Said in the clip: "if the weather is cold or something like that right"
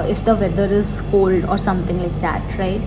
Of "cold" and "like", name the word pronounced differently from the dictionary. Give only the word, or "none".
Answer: none